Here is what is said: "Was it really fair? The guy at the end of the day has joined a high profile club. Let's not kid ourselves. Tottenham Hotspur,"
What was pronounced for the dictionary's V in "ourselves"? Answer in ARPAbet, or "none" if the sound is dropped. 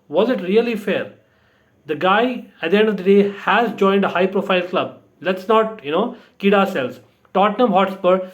none